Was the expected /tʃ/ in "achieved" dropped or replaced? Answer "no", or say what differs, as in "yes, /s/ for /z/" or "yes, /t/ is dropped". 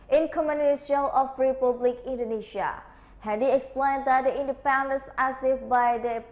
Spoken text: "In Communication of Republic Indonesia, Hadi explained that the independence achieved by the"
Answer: yes, /s/ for /tʃ/